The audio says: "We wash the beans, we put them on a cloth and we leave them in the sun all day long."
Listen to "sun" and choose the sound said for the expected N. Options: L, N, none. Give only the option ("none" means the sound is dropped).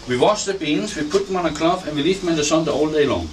none